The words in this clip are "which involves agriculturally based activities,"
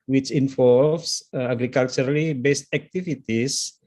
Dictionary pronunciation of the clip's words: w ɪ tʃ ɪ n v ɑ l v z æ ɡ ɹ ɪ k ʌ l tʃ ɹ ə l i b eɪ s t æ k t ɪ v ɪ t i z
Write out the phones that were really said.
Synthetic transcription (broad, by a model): w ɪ tʃ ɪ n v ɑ l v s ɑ ɡ ɹ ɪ k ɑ l tʃ ɹ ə l i b eɪ s t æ k t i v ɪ t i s